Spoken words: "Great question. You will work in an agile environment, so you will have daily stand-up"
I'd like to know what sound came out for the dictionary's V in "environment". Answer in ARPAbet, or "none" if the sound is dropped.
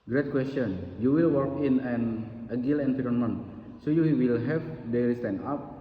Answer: F